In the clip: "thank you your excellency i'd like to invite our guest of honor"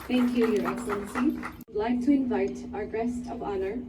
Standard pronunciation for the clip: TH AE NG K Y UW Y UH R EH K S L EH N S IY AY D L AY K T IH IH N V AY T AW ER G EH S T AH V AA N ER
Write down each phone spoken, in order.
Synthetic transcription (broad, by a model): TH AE NG K Y UW Y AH R EH K S L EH N S IY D L AY K T IH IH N V AY T AW ER G EH S T AH V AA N ER